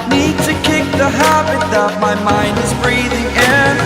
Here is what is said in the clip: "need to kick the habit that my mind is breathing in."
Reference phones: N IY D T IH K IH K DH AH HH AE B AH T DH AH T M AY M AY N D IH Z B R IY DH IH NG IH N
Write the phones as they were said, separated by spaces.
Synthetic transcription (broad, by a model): N IY D T IH K IH K DH AH HH AE B AH T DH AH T M AY M AY N D IH Z B R IY DH IH NG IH N